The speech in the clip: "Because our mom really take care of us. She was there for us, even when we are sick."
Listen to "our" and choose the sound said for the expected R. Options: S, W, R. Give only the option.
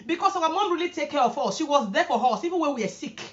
W